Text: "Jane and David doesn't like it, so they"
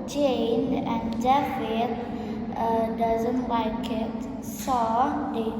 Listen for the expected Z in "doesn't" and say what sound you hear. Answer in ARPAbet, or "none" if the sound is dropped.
Z